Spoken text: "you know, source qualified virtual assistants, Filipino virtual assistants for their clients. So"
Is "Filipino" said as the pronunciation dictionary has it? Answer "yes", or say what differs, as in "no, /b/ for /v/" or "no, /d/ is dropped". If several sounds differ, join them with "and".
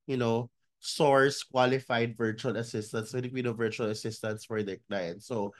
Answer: no, /n/ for /l/ and /b/ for /p/